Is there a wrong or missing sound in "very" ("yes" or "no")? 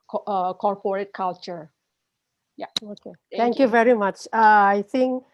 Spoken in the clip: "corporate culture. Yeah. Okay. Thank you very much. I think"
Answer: no